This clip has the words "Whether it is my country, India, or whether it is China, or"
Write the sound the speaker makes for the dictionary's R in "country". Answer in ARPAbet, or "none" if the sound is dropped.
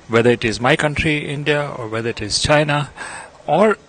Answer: R